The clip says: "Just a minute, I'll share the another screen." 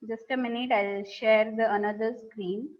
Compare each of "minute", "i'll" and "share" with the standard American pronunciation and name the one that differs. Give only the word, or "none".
none